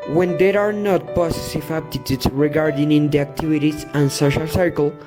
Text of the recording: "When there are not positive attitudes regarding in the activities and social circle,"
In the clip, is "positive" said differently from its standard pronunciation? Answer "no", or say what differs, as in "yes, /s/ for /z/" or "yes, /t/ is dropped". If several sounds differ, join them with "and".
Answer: yes, /s/ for /z/ and /s/ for /t/